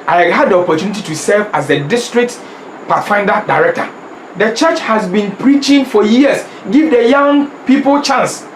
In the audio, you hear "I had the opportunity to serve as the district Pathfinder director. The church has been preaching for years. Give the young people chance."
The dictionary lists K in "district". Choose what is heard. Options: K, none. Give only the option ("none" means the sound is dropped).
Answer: K